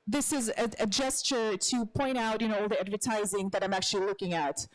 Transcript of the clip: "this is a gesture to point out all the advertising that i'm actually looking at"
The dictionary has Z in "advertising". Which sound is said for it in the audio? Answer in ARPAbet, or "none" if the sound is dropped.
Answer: Z